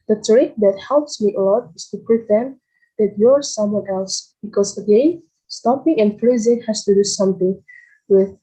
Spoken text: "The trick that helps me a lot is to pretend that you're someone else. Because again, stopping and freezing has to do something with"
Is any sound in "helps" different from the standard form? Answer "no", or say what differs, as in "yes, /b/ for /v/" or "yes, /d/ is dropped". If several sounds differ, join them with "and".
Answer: no